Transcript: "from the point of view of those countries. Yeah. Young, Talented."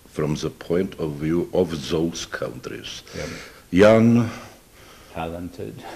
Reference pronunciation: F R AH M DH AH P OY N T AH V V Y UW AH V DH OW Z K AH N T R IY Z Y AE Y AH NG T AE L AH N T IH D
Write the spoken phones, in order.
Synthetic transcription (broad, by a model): F R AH M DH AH P OY N T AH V V Y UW AH V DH OW S K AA N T R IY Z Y Y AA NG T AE L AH N T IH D